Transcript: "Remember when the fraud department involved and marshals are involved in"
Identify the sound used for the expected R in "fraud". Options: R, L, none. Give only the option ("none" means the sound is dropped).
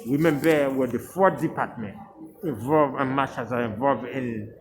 none